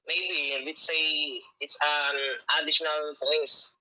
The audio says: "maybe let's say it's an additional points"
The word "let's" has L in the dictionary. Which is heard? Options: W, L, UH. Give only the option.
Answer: W